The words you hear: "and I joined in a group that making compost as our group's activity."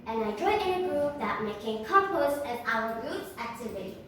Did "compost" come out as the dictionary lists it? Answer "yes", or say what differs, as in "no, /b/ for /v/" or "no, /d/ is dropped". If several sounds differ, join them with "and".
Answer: no, /t/ is dropped